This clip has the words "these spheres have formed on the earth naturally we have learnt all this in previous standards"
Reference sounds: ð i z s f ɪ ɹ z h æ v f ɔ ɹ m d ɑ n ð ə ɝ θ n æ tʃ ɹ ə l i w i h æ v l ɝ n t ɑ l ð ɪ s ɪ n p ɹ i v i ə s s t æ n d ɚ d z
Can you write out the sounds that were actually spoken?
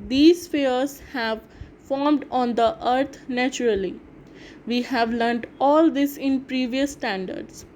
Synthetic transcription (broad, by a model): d i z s f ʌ ɹ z h æ v f ɔ ɹ m d ɑ n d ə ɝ t n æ tʃ ɹ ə l i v i h æ v l ɝ n t ɑ l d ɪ s ɪ n p ɹ i v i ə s s t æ n d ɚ d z